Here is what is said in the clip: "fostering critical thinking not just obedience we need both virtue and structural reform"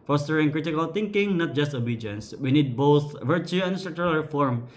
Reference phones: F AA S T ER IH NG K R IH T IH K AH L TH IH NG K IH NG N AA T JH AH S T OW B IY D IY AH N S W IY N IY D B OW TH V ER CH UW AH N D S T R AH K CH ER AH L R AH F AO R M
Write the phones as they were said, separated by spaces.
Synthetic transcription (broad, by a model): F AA S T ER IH NG K R IH T IH K AH L T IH NG K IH NG N AA T JH AH S T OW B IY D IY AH N S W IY N IY D B OW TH V ER CH UW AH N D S T R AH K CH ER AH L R F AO R M